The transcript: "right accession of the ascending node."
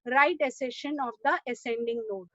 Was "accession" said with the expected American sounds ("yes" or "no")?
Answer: no